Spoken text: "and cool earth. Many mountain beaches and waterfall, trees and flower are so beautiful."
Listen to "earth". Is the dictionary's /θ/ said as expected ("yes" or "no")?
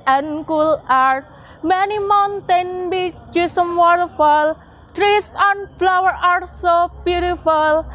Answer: no